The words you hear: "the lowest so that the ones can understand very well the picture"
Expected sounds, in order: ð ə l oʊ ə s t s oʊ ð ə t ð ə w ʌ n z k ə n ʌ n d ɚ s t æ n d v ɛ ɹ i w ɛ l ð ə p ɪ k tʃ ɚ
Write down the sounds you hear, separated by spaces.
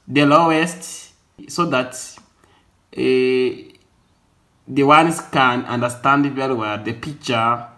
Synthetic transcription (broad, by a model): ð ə l oʊ ə s t s oʊ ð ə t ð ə w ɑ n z k ə n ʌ n d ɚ s t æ n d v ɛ l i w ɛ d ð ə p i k tʃ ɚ